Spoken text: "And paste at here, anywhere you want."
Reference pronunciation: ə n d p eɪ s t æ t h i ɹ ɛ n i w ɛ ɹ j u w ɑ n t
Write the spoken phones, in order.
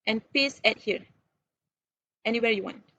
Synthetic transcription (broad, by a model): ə n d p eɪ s æ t h i ɹ ɛ n i w ɛ ɹ j u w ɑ n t